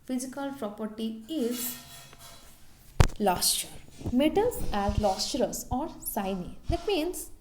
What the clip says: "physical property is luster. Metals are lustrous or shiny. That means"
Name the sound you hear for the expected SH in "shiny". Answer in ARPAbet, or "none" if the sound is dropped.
S